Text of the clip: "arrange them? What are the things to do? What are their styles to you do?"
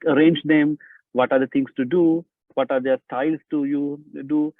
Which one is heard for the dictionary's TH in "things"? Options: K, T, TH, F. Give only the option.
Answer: T